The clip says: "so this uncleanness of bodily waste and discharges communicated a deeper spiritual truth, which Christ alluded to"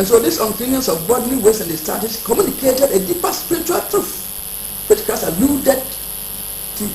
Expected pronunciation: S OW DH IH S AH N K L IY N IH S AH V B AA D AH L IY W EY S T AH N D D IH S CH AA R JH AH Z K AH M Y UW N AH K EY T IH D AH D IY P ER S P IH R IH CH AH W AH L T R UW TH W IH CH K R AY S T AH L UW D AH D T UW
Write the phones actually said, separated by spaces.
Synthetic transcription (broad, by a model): S OW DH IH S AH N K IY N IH S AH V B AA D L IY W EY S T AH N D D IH S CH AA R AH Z K AH M Y UW N AH K EY T IH D AH D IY P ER S P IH R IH CH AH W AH L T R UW F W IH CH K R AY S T AH L UW D AH D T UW